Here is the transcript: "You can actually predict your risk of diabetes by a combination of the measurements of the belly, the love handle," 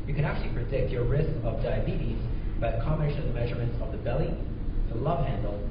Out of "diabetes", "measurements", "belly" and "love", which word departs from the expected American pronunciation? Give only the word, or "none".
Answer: none